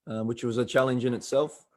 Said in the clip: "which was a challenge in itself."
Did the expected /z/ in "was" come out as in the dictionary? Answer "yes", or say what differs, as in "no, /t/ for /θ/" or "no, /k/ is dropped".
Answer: yes